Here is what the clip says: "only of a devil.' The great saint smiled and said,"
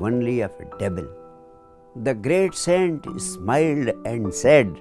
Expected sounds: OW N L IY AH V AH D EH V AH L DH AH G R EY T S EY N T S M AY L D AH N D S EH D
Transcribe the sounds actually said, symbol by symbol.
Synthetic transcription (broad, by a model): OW N L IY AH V AH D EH B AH L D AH G R EY T S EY N T S M AY L D AH N D S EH D